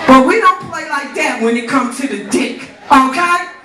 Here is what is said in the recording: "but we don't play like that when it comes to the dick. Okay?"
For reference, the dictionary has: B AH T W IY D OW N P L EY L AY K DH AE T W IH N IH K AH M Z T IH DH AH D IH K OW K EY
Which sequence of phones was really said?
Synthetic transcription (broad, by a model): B AH T W IY D OW N P L EY L AY K DH AE T W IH N IH K AH M T IH DH AH D IH K OW K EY